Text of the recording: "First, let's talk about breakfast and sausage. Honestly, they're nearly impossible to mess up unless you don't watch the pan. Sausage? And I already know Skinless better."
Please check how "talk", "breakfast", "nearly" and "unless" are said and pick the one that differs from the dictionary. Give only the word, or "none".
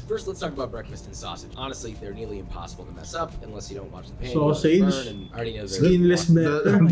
none